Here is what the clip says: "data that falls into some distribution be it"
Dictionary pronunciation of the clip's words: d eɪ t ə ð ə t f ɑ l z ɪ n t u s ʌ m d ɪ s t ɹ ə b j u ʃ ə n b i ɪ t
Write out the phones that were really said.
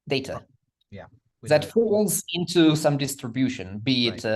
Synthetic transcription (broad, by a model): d eɪ t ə ð ə t f ɑ l z ɪ n t u s ʌ m d ɪ s t ɹ ə b j u ʃ ə n b i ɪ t